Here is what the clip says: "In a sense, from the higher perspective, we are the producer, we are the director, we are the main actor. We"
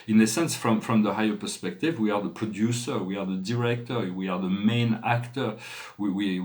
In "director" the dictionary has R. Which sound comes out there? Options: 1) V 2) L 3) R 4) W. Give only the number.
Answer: 3